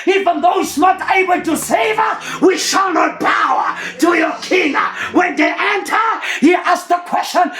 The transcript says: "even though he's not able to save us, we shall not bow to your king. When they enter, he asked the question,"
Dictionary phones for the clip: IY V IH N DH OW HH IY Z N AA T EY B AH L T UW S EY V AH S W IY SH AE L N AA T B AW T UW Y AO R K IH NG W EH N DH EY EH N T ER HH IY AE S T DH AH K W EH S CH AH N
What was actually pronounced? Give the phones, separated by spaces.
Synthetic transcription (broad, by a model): IY V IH N DH OW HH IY S N AA T EY B AH L T UW S EY V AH W IY SH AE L N AA T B AW T UW Y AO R K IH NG W EH N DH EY EH N T ER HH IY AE S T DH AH K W EH S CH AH N